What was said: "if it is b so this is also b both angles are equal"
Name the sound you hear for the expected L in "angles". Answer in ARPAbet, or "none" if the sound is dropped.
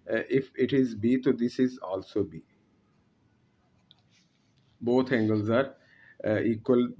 L